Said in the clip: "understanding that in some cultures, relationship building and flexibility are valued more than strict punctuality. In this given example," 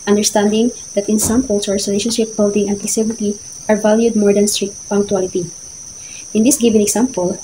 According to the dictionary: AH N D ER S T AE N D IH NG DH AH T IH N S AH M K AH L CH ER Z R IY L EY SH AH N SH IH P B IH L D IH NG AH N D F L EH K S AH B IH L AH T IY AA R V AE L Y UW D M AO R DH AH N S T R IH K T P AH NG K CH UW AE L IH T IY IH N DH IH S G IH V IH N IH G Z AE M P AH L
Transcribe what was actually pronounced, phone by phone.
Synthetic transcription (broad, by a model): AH N D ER S T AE N D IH NG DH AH T IH N S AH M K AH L S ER S R IY L EY SH AH N SH IH P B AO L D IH NG AH N D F EH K S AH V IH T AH T AA R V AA L Y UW D M AO R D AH N S T R IH K T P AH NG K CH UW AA L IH T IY IH N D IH S G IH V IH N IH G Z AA M P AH L